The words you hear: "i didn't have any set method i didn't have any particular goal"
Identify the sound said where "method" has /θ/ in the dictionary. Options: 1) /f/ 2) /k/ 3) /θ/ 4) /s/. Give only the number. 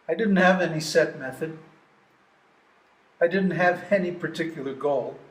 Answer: 3